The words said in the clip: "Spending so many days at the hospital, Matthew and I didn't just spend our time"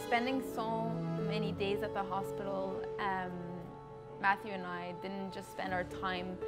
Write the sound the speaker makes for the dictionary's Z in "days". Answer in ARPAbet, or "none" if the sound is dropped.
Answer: Z